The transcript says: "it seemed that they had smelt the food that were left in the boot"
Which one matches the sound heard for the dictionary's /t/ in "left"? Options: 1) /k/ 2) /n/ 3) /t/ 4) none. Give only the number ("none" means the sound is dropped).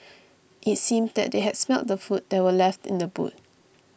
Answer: 3